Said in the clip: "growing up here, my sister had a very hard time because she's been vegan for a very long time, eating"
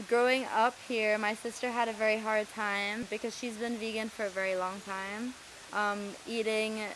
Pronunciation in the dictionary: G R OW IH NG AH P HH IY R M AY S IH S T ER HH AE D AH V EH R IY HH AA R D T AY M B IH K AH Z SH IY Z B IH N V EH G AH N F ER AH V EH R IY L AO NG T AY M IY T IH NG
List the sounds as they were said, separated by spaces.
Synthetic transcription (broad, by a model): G R OW IH NG AH P HH IY R M AY S IH S T ER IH D AH V EH R IY HH AA R D T AY M B IH K AH Z SH IY Z B IH N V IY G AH N F ER AH V EH R IY L AO NG T AY M IY T IH NG